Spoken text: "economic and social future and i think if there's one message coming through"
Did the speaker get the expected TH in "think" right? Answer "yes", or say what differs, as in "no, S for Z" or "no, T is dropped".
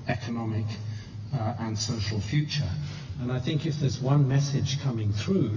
yes